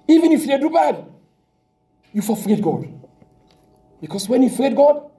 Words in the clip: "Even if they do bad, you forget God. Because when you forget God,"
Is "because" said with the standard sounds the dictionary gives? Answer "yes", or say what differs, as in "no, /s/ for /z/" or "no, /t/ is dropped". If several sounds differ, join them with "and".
no, /s/ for /z/